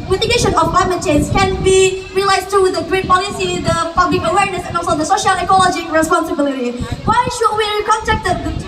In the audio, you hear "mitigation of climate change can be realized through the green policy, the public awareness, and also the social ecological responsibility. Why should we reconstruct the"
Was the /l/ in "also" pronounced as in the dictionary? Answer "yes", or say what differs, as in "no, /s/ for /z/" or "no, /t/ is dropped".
no, /l/ is dropped